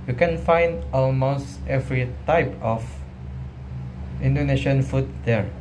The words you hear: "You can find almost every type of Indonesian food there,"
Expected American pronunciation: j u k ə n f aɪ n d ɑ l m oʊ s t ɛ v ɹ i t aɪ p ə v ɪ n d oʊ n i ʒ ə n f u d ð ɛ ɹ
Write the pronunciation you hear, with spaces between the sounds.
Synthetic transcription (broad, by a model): j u k ə n f aɪ n d ɑ l m oʊ s t ɛ v ɹ i t aɪ p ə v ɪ n d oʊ n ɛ ʃ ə n f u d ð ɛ ɹ